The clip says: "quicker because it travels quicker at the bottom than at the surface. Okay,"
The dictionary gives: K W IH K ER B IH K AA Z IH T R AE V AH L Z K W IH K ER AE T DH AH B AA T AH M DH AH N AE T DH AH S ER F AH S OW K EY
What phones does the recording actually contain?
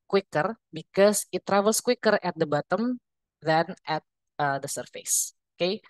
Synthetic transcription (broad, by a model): K W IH K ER B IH K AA S IH T R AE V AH L S K W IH K ER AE T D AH B AA T AH M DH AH N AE T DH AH S ER F AH S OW K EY